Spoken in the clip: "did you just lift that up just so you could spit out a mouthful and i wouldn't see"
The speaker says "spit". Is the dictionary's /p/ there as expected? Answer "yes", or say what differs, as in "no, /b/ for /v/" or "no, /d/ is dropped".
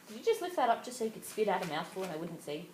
yes